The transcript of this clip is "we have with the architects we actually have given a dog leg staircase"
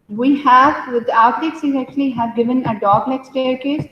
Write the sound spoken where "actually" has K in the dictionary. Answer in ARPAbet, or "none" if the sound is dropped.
K